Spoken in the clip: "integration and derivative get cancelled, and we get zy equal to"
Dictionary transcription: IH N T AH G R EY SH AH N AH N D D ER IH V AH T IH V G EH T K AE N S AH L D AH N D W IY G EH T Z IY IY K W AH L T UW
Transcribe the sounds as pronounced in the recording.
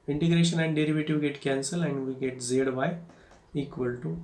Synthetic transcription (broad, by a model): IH N T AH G R EY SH AH N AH N D D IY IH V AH T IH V G EH T K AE N S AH L AH N D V IY G EH T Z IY IY K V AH L T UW